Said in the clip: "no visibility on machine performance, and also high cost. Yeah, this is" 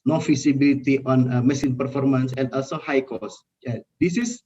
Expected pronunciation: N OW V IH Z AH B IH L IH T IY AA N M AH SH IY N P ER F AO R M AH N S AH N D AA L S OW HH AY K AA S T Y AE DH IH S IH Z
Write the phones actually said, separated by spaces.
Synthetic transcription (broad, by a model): N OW F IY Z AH B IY L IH T IY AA N M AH S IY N P ER F AO R M AH N S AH N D AA L S OW HH AY K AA S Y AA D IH S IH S